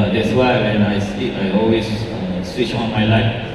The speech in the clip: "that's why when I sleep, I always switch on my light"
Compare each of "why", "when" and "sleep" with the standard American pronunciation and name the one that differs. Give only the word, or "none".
sleep